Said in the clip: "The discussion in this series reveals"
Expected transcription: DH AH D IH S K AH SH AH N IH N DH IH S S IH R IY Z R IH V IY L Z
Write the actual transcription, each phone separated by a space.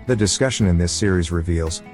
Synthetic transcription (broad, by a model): DH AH D IH S K AH SH AH N IH N DH IH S S IH R IY Z R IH V IY L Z